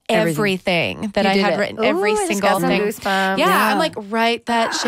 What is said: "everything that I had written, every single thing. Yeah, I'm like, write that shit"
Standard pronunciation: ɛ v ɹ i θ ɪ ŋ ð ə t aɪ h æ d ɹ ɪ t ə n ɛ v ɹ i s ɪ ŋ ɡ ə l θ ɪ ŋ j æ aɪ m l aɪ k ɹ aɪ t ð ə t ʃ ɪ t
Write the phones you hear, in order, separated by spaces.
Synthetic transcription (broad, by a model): ɛ v ɹ i θ ɪ ŋ ð ə t aɪ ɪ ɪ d ɹ ɪ t n ɛ v ɹ i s ɪ ŋ ɡ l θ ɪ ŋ j æ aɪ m l aɪ k ɹ aɪ t ð ə t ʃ